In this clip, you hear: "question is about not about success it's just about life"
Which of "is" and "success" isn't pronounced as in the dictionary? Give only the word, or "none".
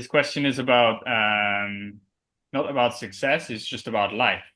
none